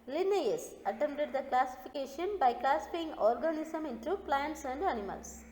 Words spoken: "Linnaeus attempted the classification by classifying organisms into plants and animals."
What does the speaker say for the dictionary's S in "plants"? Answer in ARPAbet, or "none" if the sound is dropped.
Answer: S